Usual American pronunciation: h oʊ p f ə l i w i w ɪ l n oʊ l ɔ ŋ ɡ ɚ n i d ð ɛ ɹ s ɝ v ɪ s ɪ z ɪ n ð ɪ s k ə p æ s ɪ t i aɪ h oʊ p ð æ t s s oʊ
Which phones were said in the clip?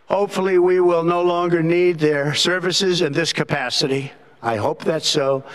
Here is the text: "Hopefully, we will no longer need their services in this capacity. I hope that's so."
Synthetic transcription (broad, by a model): h oʊ p f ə l i w i w ɪ l n oʊ l ɔ ŋ ɡ ɚ n i d ð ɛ ɹ s ɝ v ɪ s ɪ z ɪ n ð ɪ s k ə p æ s ɪ t i aɪ h oʊ p ð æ t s s oʊ